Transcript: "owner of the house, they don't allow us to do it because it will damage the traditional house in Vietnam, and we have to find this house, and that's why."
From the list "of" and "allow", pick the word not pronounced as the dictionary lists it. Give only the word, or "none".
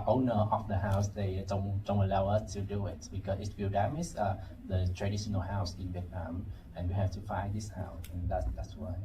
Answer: of